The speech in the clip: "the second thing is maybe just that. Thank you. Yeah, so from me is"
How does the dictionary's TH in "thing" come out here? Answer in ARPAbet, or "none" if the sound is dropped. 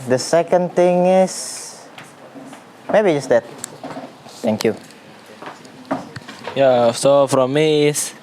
T